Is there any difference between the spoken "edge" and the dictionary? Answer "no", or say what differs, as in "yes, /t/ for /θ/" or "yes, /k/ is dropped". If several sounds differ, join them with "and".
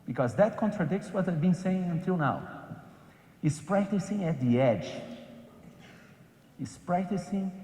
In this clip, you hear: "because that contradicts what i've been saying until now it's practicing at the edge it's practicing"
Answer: no